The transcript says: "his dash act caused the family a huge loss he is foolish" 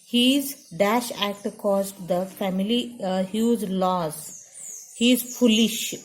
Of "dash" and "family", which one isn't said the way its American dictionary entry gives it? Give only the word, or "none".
none